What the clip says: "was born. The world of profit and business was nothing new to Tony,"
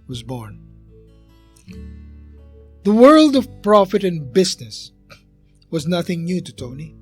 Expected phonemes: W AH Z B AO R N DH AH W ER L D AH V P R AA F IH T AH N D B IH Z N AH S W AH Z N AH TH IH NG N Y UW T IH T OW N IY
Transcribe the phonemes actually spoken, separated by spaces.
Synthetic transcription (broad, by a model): W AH Z B AO R N DH AH W ER L D AH V P R AA F IH T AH N B IH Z N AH S W AH Z N AH TH IH NG N Y UW T IH T OW N IY